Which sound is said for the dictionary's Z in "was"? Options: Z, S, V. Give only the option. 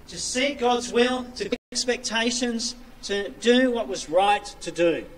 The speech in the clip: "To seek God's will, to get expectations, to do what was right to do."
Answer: Z